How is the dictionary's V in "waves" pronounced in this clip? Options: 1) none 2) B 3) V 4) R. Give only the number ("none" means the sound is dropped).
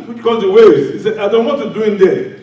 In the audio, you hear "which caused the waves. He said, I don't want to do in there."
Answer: 1